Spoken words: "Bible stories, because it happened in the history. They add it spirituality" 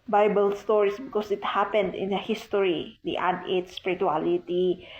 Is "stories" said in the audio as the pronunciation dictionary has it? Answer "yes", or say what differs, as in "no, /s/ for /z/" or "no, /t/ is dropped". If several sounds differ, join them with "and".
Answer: no, /s/ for /z/